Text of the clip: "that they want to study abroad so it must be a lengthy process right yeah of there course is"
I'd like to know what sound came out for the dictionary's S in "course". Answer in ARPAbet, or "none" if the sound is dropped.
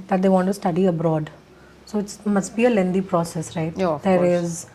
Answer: none